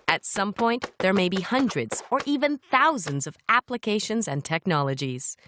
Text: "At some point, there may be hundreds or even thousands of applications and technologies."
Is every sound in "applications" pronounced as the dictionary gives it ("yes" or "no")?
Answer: yes